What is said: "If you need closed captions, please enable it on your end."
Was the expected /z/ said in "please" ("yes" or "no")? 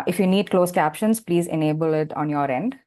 yes